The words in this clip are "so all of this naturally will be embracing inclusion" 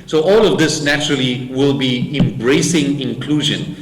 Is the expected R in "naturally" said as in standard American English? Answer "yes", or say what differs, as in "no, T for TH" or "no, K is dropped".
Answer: yes